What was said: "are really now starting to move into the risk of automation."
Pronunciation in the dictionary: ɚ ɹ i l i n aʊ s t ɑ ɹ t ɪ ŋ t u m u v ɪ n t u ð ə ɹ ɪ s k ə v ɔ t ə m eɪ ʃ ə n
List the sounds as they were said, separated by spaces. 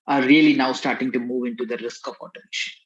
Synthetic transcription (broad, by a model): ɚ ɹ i l i n aʊ s t ɑ ɹ t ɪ ŋ t u m u v ɪ n t u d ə ɹ ɪ s k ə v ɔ t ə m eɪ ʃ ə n